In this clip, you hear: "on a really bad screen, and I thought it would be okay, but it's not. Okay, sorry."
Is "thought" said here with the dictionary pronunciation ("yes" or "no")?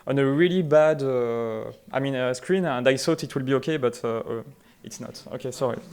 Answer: no